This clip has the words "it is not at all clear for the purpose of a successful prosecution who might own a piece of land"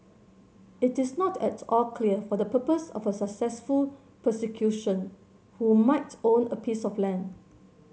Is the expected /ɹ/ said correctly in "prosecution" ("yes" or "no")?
no